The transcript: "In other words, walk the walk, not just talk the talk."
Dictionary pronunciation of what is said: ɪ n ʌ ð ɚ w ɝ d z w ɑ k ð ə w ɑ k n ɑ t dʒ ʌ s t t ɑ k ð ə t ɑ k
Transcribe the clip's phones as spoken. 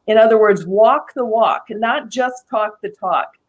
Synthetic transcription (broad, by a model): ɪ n ʌ ð ɚ w ɝ d z w ɑ k ð ə w ɑ k n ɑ t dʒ ʌ s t t ɑ k ð ə t ɑ k